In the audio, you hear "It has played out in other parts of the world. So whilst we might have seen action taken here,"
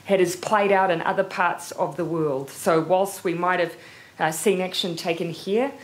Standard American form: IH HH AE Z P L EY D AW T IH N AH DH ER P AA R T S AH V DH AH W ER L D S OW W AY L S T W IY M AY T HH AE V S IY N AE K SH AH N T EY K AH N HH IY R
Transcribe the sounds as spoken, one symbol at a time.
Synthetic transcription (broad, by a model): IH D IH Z P L EY D AW T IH N AH DH ER P AA R T S AH V DH AH W ER L D S OW W AY L S T W IY M AY T HH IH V S IY N AE K SH AH N T EY K AH N HH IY R